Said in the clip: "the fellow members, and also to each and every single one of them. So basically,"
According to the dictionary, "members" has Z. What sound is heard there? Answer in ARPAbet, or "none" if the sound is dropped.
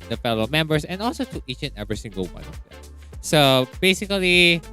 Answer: S